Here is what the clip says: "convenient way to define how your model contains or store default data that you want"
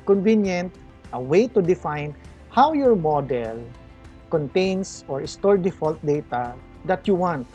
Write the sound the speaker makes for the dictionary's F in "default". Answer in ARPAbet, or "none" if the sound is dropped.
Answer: F